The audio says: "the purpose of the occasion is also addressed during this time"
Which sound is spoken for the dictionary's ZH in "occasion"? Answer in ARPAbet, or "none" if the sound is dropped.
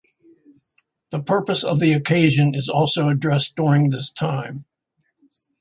ZH